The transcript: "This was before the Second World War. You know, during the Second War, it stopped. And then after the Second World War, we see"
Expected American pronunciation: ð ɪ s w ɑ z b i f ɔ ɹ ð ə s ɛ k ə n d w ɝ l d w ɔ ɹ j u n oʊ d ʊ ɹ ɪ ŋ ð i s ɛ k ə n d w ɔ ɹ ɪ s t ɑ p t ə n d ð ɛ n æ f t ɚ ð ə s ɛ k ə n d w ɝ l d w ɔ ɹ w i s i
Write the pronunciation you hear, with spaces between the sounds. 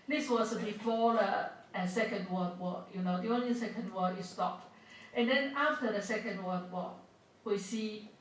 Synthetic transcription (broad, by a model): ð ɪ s w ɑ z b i f ɔ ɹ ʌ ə s ɛ k ə n d w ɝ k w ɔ j u n oʊ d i ɪ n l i s ɛ k ə n d w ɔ ɪ s t ɑ p t ə n d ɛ n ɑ f t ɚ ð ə s ɛ k ə n d w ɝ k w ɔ w i s i